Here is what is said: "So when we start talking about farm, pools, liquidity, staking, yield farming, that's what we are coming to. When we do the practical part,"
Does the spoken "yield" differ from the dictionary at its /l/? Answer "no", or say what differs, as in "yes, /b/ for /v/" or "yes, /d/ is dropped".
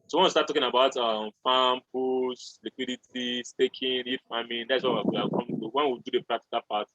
yes, /l/ is dropped